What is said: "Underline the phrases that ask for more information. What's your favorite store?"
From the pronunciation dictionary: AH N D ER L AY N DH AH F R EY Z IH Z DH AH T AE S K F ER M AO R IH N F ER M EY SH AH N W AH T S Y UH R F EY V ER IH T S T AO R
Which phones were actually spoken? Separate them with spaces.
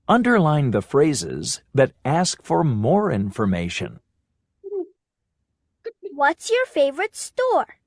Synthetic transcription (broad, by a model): AH N D ER L AY N DH AH F R EY Z IH Z DH AH T AE S K F ER M AO R IH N F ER M EY SH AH N W AH T S Y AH R F EY V ER IH T S T AO R